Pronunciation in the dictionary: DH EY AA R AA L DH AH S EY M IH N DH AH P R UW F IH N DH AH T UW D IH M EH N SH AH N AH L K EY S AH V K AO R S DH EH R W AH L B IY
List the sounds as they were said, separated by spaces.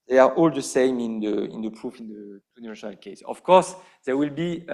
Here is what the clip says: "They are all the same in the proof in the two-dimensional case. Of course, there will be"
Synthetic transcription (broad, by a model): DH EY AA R AA L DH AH S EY M IH N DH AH P R UW F IH N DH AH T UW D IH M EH SH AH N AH L K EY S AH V K AO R S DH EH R W AH L B IY